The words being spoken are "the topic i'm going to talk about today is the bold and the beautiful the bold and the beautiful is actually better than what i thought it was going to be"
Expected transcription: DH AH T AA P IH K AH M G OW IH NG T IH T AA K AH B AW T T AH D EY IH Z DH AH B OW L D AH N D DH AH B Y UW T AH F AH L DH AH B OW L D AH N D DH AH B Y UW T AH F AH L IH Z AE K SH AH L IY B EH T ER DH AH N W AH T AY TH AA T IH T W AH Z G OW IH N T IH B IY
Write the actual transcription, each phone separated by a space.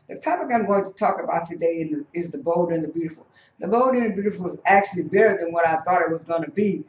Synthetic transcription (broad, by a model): DH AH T AA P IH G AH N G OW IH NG T IH T AA K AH B AW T T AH D EY IH Z DH AH B OW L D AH N DH AH B Y UW T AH F L DH AH B OW L D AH N DH AH B Y UW T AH F L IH Z AE K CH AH L IY B EH T ER DH AH N W AH T AY TH AA T IH T W AH Z G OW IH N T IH B IY